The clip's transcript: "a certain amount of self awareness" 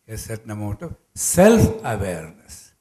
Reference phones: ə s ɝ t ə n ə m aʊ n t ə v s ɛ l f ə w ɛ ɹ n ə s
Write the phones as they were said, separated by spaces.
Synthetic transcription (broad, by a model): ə s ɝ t n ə m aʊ t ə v s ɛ l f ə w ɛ ɹ n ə s